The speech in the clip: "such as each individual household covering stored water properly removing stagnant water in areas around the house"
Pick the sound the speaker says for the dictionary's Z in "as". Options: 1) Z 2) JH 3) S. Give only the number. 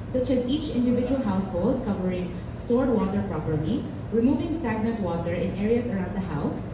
1